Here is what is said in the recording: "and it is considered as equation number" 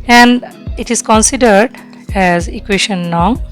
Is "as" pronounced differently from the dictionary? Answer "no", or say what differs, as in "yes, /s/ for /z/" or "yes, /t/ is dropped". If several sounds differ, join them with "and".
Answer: no